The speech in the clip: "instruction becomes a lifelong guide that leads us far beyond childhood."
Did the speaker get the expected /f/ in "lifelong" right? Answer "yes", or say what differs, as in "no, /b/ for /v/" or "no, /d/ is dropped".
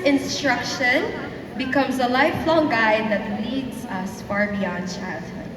yes